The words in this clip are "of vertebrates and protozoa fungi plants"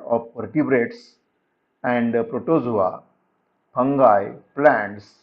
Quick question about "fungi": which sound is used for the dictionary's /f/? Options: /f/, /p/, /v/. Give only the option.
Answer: /p/